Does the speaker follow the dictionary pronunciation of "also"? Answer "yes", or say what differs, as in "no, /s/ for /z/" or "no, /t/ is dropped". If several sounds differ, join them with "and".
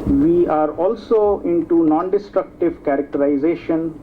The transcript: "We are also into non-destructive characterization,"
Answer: yes